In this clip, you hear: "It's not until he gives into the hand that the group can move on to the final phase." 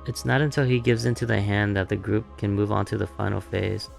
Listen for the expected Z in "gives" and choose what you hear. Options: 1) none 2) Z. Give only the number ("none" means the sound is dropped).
2